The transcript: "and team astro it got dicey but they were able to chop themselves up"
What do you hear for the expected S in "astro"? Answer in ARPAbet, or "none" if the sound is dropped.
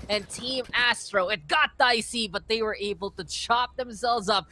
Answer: S